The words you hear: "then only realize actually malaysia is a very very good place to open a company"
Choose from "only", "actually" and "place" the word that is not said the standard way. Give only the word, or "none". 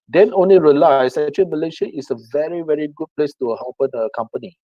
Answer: actually